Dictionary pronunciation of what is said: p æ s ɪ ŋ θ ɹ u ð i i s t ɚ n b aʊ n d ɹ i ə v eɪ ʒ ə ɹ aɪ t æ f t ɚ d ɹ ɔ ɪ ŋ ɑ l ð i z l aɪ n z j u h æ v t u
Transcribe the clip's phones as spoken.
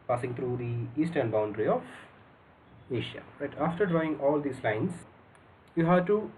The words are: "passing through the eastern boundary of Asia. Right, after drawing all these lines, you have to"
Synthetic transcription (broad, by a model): p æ s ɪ ŋ t ɹ u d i i s t ɚ n b aʊ n d ɹ i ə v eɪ ʃ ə ɹ aɪ t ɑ f t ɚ d ɹ ɔ ɪ ŋ ɑ l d i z l aɪ n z j u h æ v t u